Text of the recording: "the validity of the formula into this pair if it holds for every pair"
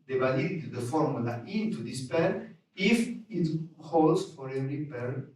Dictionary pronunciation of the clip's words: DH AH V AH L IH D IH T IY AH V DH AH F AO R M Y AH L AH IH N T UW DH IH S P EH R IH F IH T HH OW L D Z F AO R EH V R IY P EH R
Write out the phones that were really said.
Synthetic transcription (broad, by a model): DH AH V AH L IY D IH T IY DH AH F AO R M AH L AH IH N T UW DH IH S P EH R IH F IH T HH OW L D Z F AO R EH R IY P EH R